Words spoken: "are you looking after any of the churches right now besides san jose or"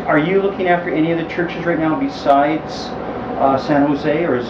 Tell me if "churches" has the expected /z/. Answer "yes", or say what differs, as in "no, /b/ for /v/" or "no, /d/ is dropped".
yes